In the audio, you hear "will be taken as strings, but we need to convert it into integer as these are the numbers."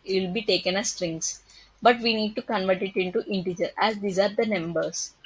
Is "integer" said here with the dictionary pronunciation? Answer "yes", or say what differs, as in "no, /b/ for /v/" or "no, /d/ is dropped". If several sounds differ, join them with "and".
yes